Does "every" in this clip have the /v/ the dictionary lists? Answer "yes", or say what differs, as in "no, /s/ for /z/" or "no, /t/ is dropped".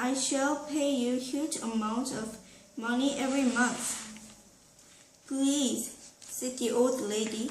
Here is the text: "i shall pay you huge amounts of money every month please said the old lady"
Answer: yes